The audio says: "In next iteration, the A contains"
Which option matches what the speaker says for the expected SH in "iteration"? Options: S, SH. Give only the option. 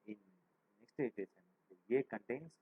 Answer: S